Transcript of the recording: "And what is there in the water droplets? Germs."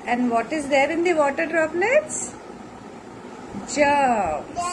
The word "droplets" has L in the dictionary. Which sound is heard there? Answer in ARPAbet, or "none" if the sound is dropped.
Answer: N